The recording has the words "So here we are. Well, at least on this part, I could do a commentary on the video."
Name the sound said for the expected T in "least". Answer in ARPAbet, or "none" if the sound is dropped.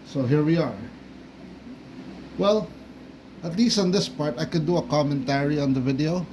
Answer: T